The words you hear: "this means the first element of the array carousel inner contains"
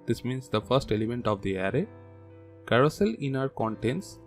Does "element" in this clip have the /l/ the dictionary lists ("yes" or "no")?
yes